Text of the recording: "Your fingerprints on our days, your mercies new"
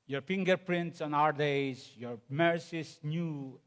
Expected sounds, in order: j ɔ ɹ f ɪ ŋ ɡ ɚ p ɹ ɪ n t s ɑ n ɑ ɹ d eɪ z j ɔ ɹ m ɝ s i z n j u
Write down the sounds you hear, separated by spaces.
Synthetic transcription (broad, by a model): j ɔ ɹ f ɪ ŋ ɡ ɚ p ɹ ɪ n t s ɑ n ɑ ɹ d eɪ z j ɔ ɹ m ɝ s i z n j u